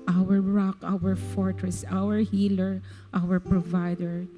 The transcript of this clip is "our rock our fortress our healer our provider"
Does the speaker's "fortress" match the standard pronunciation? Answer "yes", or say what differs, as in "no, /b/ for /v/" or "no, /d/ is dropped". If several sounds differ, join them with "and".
yes